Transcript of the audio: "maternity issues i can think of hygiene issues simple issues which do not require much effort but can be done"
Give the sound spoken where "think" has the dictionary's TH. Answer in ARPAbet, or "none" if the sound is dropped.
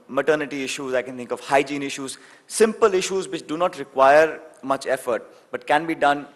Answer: T